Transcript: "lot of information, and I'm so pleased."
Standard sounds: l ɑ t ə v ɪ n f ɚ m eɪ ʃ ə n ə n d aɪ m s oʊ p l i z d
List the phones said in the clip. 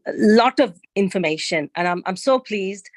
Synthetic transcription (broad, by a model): l ɑ t ə v ɪ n f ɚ m eɪ ʃ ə n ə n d aɪ m s oʊ p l i z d